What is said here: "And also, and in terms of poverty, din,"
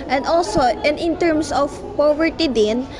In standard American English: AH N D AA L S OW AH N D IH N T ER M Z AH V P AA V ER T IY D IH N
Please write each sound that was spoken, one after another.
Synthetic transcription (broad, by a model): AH N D AA L S OW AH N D IH N T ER M S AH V P AA V ER T IY D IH N